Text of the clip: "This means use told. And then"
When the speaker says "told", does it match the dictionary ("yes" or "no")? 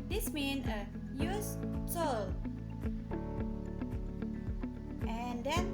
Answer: no